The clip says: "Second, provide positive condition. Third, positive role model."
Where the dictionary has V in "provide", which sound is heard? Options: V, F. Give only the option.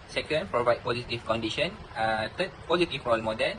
V